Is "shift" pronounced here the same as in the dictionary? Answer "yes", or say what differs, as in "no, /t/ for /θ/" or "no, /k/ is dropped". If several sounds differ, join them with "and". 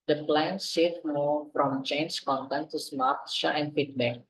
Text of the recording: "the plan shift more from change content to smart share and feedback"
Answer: no, /s/ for /ʃ/ and /f/ is dropped